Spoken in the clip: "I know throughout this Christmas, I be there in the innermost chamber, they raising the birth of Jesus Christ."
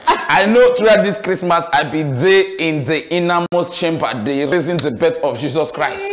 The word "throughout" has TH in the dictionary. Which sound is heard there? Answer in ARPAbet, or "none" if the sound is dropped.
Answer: T